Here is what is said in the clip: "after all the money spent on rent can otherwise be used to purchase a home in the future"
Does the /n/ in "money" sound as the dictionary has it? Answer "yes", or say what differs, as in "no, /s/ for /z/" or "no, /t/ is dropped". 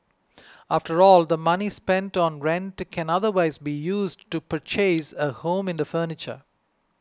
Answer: yes